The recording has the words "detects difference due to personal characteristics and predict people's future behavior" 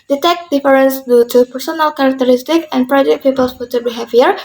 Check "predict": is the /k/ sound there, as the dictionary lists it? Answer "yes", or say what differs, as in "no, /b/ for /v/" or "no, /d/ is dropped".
no, /k/ is dropped